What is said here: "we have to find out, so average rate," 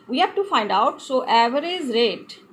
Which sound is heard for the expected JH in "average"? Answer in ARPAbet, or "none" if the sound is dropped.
Z